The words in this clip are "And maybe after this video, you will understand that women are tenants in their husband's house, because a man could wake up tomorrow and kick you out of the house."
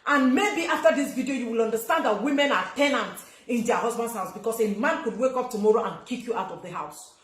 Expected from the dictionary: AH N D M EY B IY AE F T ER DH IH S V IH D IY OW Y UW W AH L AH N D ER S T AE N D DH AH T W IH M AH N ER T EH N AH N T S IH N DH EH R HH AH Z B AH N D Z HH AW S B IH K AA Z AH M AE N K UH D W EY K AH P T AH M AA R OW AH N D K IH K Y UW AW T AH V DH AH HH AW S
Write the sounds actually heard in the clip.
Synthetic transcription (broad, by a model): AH N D M EY B IY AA F T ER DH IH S V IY D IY OW Y UW W AH L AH N D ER S T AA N D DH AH T W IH M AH N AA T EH N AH N T IH N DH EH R HH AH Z B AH N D S HH AW S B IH K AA S AH M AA N K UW D W EY K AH P T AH M AA R OW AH N K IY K Y UW AW T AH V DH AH HH AW S